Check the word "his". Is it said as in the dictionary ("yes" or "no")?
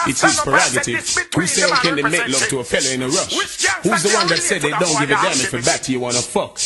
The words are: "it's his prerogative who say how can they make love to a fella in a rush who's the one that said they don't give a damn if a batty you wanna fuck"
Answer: no